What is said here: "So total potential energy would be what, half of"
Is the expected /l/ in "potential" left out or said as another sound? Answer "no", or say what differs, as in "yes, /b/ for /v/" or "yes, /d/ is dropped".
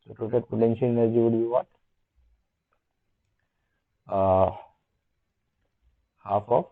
yes, /n/ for /l/